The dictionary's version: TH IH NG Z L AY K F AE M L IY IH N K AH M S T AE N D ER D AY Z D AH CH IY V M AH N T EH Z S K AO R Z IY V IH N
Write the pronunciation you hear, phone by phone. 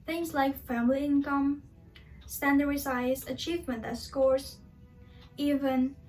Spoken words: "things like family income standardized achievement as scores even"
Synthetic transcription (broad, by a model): TH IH NG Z L AY K F AE M L IY IH N K AH M S T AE N D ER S AY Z AH CH IY V M AH N T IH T S K AO R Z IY V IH N